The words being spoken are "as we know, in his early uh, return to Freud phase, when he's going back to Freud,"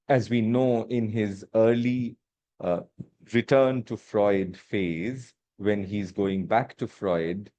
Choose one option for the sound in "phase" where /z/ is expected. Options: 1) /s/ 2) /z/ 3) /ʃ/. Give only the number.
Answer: 2